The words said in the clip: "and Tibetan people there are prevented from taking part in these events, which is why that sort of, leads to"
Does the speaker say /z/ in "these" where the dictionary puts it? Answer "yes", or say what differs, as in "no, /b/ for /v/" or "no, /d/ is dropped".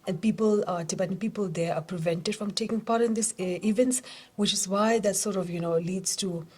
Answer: no, /s/ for /z/